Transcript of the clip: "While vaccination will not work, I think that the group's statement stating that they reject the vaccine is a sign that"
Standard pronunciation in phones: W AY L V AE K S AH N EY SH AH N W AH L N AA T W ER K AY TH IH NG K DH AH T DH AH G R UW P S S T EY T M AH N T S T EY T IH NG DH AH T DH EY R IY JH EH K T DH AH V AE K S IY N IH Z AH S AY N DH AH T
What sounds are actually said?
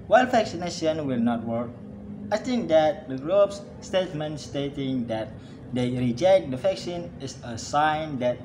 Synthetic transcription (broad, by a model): W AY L F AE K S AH N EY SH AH N W AH L N AA T W ER K AY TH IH NG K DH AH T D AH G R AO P S S T EY T M AH N T S T EY T IH NG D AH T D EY R IY JH EH K T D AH F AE K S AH N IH S AH S AY N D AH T